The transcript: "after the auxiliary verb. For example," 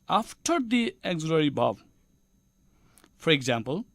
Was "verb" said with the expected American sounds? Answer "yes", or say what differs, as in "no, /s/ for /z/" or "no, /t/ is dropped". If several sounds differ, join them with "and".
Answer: no, /b/ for /v/